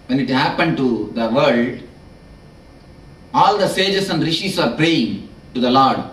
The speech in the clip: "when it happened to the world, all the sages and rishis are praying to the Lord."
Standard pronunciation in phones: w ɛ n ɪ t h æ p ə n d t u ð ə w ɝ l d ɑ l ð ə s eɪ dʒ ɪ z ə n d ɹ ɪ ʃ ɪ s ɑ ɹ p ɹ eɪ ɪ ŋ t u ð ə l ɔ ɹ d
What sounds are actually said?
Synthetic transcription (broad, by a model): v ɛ n ɪ t h æ p ə n d t u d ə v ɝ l d ɑ l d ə s eɪ dʒ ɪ s ə n d ɹ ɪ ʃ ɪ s ɑ ɹ p ɹ eɪ ɪ ŋ t u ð ə l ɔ ɹ d